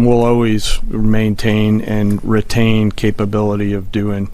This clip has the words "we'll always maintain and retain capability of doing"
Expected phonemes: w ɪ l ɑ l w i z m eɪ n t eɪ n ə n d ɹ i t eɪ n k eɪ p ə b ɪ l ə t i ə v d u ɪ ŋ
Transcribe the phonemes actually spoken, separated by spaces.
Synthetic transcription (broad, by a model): w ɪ l ɑ l w i z m eɪ n t eɪ n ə n ɹ i t eɪ n k eɪ p ə b ɪ l ə t i ə v d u ɪ ŋ